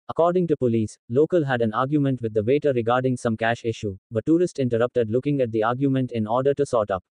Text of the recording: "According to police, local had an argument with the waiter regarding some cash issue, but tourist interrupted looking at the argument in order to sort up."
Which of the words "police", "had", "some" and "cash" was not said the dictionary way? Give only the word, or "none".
none